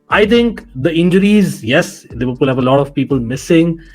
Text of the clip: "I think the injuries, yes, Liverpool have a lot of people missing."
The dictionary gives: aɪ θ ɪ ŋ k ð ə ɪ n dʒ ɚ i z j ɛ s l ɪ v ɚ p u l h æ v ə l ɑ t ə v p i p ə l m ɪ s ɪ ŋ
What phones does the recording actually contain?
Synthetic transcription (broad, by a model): aɪ t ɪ ŋ k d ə ɪ n dʒ ɚ i z j ɛ s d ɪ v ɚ l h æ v ə l ɑ t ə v p i p ə l m ɪ s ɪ ŋ